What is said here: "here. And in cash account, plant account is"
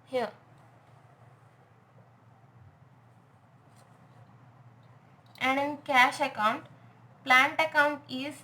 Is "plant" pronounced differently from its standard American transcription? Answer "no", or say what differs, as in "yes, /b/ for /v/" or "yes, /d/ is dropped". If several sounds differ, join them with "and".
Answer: no